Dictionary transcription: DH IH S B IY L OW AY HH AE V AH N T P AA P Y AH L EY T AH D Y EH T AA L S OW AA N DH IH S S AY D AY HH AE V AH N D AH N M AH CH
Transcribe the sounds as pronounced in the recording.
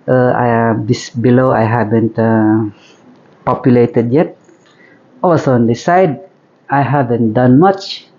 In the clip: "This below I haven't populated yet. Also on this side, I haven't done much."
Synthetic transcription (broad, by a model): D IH S B IY L OW AY HH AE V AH N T P AA P Y AH L EY T AH D Y EH T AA W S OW AA N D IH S S AY D AY HH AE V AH N D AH N M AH CH